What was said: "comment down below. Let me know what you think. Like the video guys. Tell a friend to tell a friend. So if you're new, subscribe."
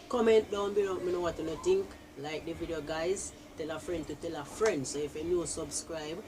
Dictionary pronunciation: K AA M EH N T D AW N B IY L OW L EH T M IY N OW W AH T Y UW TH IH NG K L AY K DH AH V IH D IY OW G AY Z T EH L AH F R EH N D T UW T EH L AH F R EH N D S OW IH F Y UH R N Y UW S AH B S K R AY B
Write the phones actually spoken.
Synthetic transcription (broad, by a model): K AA M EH N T D AW N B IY N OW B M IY N OW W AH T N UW T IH NG K L AY K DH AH V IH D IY OW G AY Z T EH L AH F R EH N D T UW T EH L AH F R EH N D S OW IH F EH N Y UW S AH B S K R AY B